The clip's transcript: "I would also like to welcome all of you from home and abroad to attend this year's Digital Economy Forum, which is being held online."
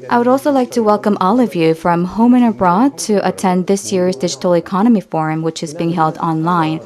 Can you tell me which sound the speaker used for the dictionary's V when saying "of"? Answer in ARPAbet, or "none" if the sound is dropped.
V